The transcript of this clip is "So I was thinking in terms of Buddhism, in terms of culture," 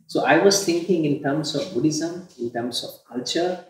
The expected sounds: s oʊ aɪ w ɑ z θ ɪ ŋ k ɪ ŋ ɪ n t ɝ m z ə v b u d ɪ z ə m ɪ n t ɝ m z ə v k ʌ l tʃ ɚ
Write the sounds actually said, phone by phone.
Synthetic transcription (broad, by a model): s oʊ aɪ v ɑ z t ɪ ŋ k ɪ ŋ ɪ n t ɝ m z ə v b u d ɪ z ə m ɪ n t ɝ m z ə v k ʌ l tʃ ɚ